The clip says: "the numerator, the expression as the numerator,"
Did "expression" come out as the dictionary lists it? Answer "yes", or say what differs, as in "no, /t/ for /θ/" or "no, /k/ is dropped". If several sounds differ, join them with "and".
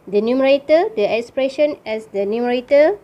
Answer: yes